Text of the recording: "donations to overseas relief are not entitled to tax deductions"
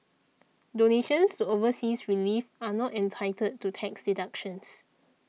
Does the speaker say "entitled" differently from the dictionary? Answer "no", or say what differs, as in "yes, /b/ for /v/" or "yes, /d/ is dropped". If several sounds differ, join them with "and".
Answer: yes, /l/ is dropped